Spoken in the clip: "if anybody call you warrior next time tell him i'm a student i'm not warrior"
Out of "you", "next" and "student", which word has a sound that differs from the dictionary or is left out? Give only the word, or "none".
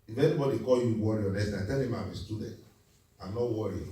next